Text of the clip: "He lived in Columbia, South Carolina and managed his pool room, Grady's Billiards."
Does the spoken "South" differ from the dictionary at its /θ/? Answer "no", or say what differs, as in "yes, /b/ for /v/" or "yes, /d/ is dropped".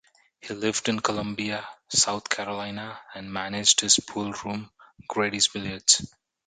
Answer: yes, /t/ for /θ/